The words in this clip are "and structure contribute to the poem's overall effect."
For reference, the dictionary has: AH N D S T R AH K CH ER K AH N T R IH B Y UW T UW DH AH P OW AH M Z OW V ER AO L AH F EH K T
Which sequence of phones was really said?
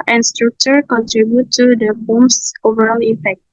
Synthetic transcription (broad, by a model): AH N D S T R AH K CH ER K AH N T R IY B Y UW T UW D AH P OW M S OW V ER AO L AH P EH K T